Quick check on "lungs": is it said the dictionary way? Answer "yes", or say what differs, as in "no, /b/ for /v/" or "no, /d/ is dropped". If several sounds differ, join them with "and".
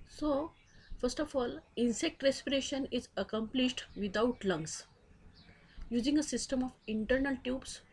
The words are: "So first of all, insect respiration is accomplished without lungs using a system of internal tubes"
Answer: no, /s/ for /z/